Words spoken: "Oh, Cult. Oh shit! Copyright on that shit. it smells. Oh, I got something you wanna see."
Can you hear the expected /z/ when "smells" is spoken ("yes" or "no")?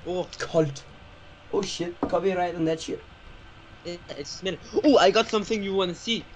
no